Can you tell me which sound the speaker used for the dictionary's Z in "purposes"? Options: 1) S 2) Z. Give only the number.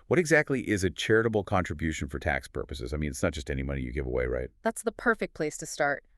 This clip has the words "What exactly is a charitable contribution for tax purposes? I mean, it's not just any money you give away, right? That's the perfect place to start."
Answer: 2